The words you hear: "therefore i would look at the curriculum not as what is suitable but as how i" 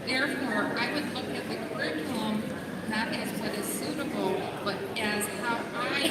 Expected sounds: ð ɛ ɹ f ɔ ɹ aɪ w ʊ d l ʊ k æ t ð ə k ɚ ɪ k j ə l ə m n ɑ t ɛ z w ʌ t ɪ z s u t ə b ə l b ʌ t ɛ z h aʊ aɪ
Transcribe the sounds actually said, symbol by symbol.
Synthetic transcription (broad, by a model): ð ɛ ɹ f ɔ ɹ aɪ w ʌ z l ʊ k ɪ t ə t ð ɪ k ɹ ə n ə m n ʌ t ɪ z w ʌ t ɪ z s u t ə b l b ʌ t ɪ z h aʊ aɪ